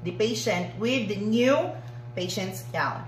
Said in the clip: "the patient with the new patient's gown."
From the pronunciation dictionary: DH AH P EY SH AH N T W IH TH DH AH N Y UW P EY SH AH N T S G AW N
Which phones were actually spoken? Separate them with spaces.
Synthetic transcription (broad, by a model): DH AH P EY SH AH N T W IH DH AH N Y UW P EY SH AH N T S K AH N